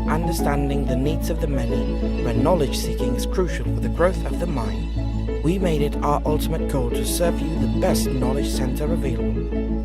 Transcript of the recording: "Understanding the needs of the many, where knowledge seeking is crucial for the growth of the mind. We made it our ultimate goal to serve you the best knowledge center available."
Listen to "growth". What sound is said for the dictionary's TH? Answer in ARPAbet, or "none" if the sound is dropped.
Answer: TH